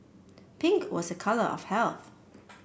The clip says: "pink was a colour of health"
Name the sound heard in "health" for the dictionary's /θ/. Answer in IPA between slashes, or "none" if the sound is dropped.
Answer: /θ/